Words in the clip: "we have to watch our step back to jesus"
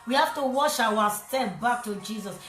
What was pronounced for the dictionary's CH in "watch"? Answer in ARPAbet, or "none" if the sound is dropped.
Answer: SH